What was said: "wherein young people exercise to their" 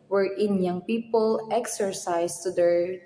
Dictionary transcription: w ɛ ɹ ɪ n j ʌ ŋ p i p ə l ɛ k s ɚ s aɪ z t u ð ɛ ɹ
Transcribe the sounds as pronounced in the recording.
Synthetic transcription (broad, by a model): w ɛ ɹ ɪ n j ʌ ŋ p i p ə l ɛ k s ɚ s aɪ s t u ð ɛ ɹ